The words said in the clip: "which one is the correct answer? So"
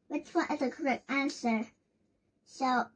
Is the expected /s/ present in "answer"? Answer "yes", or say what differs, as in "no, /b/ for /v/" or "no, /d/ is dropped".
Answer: yes